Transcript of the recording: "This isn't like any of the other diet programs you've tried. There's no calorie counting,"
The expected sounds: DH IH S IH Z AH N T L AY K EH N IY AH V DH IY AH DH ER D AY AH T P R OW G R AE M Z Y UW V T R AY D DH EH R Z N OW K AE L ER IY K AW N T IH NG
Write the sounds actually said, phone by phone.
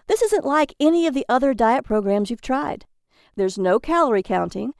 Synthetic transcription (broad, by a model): DH IH S IH Z AH N T L AY K EH N IY AH V DH IY AH DH ER D AY AH T P R OW G R AE M Z Y UW V T R AY D DH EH R Z N OW K AE L ER IY K AW N T IH NG